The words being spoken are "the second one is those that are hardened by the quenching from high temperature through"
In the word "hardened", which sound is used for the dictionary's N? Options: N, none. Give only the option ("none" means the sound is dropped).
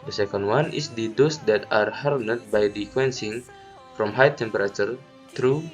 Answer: none